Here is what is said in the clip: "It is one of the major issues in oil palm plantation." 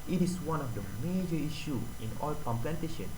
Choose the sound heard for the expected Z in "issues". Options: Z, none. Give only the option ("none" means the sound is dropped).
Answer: none